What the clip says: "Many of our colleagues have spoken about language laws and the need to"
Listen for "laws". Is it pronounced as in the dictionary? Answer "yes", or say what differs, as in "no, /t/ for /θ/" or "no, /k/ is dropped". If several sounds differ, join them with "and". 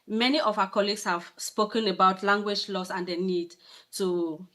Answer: no, /s/ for /z/